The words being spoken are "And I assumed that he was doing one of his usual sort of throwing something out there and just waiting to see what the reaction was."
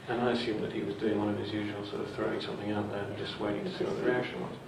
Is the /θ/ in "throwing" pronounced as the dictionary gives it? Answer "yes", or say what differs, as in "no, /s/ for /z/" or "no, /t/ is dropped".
yes